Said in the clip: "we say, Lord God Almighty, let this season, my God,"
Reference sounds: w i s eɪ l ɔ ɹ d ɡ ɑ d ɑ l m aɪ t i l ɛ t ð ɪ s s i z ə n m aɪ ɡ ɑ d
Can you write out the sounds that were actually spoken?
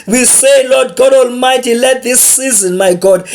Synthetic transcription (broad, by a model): w i s eɪ l ɔ d ɡ ɑ d ɑ l m aɪ t i l ɛ t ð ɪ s s i z ə n m aɪ ɡ ɑ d